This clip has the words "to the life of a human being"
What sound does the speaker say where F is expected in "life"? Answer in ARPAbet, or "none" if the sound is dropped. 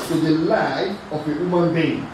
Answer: none